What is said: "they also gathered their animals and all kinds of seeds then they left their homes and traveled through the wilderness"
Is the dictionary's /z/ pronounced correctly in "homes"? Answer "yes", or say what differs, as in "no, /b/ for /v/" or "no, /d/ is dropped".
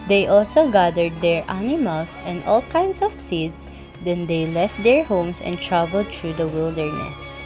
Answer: no, /s/ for /z/